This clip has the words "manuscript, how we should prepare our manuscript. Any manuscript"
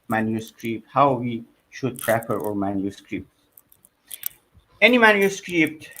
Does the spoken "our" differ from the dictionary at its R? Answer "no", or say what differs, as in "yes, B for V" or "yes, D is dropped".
no